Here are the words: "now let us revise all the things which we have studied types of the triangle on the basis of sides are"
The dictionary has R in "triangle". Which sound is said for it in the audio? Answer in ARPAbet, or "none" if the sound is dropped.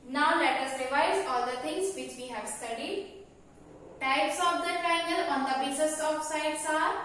none